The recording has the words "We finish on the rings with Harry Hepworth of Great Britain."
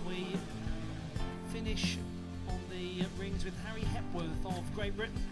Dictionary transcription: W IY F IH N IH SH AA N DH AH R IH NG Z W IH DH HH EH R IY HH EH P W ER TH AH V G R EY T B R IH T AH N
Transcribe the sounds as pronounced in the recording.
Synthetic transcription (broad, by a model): W IY F IH N IH SH N DH AH R IH NG Z W IH DH HH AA R IY HH EH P W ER TH AH V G R EY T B R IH T N